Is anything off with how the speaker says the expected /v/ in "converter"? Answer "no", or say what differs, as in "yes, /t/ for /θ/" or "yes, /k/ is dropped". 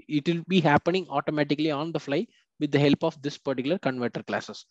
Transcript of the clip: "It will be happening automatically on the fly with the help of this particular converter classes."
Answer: no